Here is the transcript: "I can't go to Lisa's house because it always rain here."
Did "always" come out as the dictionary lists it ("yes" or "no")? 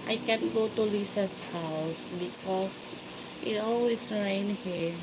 no